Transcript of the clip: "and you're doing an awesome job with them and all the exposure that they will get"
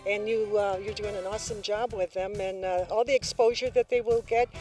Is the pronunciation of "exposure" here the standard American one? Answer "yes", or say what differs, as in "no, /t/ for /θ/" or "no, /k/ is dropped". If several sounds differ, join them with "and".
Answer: yes